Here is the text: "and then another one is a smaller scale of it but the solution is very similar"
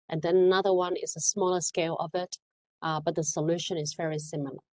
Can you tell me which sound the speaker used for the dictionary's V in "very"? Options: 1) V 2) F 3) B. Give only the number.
1